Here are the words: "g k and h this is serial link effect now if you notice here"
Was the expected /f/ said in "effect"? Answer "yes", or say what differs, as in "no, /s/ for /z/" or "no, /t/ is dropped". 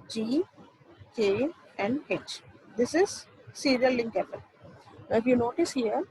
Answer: no, /p/ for /f/